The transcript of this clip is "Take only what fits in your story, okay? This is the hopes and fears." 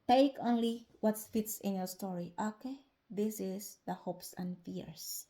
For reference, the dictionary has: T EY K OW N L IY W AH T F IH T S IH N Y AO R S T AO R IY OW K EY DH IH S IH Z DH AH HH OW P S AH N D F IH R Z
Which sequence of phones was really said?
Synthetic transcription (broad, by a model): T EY K OW N L IY W AH T F IH T S IH N Y AO R S T AO R IY OW K EY DH IH S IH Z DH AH HH OW P S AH N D F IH R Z